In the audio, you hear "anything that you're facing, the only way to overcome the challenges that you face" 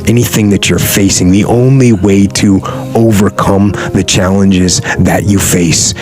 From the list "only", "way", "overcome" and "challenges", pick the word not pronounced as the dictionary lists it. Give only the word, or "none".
none